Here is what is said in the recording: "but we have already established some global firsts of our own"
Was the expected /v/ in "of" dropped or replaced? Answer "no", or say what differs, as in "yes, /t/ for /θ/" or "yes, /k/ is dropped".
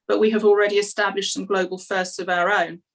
no